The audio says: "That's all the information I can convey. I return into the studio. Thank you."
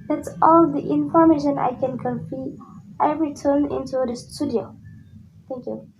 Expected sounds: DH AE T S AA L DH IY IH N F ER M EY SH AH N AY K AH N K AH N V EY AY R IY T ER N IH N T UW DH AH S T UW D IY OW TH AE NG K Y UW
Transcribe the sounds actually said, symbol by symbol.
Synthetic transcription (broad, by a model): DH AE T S AA L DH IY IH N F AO M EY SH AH N AY K AH N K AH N F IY AY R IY T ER N IH N T UW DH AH S T UW D IY OW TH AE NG K Y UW